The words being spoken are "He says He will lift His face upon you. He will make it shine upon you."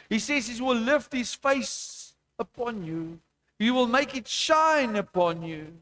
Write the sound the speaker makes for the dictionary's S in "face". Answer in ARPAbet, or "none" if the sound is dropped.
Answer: S